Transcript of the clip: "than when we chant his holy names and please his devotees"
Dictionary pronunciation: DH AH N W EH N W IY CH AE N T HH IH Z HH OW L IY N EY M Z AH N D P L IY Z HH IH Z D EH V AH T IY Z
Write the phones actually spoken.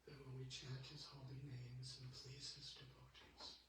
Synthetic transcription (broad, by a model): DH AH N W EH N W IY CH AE T HH IH Z HH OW L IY N EY M Z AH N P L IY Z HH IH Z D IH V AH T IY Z